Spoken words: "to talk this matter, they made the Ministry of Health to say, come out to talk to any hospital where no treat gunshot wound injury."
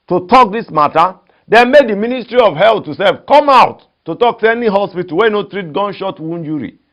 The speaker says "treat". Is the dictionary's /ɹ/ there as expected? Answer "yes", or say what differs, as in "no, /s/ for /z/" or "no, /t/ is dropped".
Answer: yes